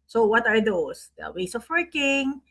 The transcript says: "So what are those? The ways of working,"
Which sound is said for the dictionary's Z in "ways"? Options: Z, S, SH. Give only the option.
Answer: S